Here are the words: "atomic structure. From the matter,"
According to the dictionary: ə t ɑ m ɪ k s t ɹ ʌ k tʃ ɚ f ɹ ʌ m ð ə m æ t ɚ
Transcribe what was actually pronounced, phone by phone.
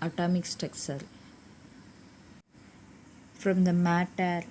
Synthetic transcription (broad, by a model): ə t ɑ m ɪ k s t ɛ k s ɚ f ɹ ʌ m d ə m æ t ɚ